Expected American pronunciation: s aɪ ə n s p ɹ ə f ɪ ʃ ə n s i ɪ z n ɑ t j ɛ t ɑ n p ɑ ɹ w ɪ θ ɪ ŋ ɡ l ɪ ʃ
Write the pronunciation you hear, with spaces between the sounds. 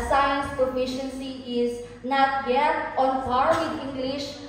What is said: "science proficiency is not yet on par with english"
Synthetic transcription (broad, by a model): s aɪ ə n s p ɹ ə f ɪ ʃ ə n s i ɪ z n ɑ t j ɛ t ɑ n f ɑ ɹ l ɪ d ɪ ŋ ɡ l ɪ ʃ